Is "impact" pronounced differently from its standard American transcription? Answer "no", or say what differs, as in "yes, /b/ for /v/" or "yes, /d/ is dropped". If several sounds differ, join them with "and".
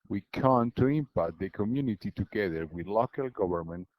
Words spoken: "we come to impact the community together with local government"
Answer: yes, /k/ is dropped